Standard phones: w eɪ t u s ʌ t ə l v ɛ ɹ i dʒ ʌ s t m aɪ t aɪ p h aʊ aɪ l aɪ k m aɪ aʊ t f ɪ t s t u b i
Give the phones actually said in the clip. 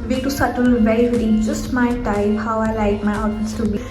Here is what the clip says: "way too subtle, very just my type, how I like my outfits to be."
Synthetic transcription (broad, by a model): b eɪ t u s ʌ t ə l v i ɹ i dʒ ʌ s t m aɪ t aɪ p h aʊ aɪ l aɪ k m aɪ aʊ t ɪ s t u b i